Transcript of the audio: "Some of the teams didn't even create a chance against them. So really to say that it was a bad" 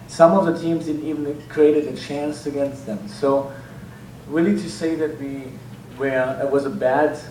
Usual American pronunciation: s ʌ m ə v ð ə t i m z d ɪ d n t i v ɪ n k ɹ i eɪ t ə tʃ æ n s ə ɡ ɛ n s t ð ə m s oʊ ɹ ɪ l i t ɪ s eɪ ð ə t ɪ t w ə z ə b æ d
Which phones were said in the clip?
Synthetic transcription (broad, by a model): s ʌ m ə v ð ə t i m z d ɪ d n t i v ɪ n k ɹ i eɪ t ə tʃ æ n s ə ɡ ɛ n s t ð ə m s oʊ ɹ ɪ l i t ɪ s eɪ ð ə t ɪ t w ə z ə b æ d